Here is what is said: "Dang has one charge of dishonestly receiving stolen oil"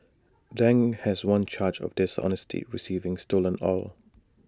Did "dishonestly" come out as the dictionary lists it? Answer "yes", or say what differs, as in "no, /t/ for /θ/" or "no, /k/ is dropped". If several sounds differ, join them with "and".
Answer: no, /l/ is dropped